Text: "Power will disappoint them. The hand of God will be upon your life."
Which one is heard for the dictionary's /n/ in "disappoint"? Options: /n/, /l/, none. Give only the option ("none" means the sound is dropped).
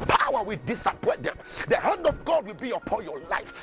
none